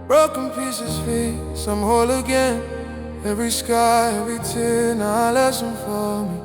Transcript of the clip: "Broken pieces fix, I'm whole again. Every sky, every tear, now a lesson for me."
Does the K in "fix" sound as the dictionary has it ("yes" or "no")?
no